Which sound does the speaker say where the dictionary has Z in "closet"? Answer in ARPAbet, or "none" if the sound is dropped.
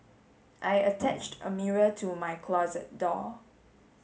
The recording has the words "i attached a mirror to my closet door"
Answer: Z